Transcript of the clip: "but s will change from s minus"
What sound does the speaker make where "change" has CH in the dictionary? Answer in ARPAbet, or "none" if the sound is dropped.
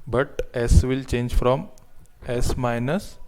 CH